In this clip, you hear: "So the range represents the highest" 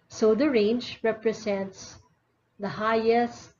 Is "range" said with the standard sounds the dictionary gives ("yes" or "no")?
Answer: yes